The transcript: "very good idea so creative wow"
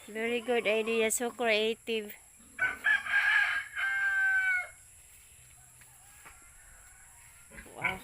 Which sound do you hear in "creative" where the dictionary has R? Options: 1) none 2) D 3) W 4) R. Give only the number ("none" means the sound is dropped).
1